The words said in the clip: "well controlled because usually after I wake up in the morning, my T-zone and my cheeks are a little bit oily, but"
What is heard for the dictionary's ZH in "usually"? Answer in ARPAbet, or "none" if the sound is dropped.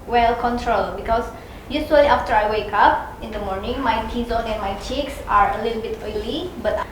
S